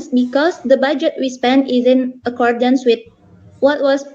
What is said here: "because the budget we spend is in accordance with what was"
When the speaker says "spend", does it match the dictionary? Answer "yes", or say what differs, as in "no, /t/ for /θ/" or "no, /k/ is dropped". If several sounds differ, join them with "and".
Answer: no, /d/ is dropped